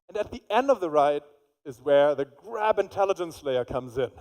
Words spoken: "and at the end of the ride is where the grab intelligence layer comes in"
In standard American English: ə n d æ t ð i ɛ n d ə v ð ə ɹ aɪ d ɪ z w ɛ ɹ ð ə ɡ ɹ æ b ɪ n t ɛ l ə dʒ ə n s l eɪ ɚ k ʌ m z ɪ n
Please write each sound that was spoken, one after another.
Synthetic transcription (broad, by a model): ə n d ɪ t ð i ɛ n d ə v ð ə ɹ aɪ d ɪ z w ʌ ɹ ð ə ɡ ɹ æ b ɪ n t ɛ l ə dʒ ə n s l eɪ ɚ k ʌ m z ɪ n